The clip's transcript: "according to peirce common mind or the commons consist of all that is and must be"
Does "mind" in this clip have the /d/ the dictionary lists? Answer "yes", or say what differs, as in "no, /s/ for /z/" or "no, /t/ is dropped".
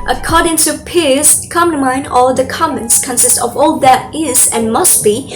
no, /d/ is dropped